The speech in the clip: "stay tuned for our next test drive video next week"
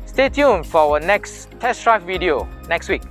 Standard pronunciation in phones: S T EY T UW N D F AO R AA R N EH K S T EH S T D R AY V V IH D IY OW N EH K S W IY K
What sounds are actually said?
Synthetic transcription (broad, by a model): S T EY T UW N F AO W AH N EH K S T EH S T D R AY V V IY D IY OW N EH K S W IY K